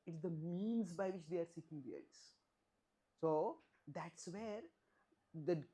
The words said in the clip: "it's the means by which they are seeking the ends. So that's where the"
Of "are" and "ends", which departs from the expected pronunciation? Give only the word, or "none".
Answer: ends